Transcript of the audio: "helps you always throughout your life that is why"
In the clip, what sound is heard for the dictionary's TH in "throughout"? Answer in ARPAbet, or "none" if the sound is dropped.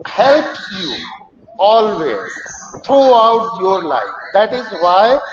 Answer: T